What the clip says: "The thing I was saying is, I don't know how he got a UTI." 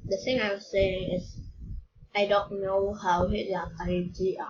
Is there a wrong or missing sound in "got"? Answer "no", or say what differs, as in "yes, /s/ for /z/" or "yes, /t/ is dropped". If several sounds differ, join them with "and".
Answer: yes, /t/ is dropped